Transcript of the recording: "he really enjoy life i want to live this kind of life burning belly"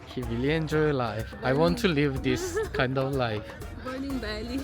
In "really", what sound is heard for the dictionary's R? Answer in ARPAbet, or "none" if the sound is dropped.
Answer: W